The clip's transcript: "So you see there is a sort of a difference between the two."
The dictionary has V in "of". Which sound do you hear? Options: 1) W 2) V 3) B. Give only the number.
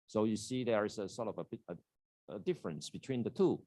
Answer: 3